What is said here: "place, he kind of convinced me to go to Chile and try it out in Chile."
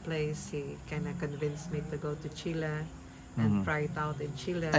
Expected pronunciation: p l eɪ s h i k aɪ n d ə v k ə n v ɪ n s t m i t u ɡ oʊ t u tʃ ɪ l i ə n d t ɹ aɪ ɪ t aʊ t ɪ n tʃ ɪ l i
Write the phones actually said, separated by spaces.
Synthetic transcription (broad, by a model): p l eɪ s h i k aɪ n ə k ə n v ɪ n s m i t u ɡ oʊ t u tʃ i l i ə n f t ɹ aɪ ɪ t aʊ t ɪ n tʃ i l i